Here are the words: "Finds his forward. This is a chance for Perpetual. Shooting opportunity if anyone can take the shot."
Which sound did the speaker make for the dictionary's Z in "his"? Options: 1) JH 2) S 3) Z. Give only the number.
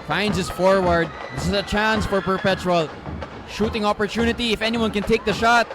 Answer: 2